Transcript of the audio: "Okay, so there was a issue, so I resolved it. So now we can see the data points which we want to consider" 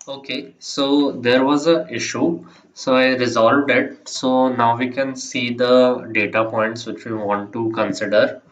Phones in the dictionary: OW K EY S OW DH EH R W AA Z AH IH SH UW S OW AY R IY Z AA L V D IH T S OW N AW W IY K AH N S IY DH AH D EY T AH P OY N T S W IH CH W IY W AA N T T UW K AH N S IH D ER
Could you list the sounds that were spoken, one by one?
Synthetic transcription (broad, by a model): OW K EY S OW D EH R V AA Z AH IH SH UW S OW AY R IY Z AA L V D IH T S OW N AW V IY K AH N S IY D AH D EY T AH P OY N T S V IH CH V IY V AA N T T UW K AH N S IH D ER